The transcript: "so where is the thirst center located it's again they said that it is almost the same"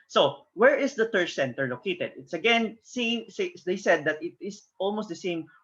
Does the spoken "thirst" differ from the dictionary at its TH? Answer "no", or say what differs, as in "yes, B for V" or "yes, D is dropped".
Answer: yes, T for TH